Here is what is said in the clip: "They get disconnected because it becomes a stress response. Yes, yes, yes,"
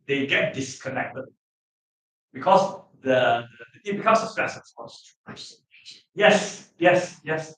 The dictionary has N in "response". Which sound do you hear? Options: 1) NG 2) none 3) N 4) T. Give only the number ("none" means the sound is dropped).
2